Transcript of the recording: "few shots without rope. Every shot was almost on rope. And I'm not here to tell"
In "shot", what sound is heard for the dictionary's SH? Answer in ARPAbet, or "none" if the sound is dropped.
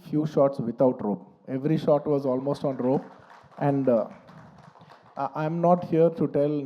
SH